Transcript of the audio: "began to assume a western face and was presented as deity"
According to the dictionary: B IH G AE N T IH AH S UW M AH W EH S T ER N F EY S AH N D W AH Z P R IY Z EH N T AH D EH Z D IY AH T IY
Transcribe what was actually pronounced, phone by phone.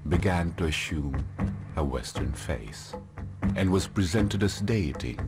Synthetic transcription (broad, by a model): B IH G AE N T IH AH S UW M AH W EH S T ER N F EY S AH N W AH Z P R IY Z EH N T AH D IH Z D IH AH T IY